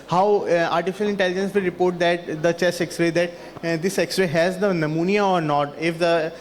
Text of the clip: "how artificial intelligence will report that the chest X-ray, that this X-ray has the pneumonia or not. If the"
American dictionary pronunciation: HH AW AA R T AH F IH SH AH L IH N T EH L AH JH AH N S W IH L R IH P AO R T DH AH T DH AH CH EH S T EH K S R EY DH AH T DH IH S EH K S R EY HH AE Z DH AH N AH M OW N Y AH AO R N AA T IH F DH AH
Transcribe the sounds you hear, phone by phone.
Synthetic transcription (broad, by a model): HH AW AA R T AH F IH SH AH L IH N T EH L AH JH AH N S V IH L R IH P AO R T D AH T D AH CH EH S EH K S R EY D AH T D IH S EH K S R EY HH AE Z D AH N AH M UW N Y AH AO R N AA T IH F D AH